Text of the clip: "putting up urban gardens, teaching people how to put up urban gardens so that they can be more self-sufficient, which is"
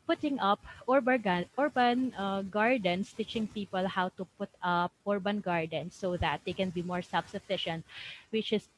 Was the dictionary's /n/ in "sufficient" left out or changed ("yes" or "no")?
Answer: no